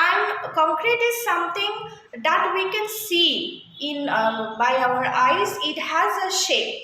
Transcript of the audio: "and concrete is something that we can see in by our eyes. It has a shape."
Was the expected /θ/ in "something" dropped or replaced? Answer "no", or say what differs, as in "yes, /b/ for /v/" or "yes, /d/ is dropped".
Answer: yes, /t/ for /θ/